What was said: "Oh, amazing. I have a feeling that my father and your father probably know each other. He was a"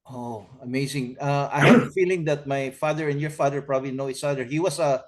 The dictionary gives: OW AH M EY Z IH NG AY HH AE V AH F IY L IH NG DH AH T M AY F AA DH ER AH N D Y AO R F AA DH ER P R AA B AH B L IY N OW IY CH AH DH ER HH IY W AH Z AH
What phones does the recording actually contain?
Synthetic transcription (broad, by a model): OW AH M EY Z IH NG AY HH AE AH F IY L IH NG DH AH T M AY F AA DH ER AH N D Y AO R F AA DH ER P R AA B AH B L IY N OW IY S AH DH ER HH IY W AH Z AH